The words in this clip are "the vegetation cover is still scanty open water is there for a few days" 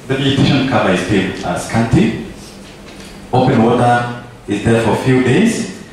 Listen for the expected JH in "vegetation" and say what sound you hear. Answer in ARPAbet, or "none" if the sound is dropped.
none